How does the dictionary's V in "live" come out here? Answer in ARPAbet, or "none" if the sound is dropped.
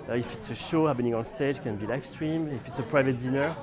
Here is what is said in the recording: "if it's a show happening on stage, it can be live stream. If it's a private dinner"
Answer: F